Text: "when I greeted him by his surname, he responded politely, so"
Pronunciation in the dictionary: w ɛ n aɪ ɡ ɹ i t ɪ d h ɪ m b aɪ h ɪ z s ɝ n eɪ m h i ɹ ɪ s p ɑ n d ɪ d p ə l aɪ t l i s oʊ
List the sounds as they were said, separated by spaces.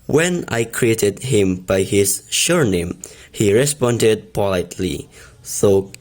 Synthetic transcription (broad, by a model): w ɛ n aɪ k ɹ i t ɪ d h ɪ m b aɪ h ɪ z ʃ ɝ n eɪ m h i ɹ ɪ s p ɑ n d ɪ d p ə l aɪ t l i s oʊ